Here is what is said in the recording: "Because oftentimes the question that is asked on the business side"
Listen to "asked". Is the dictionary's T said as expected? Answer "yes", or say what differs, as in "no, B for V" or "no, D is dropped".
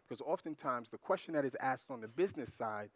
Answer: yes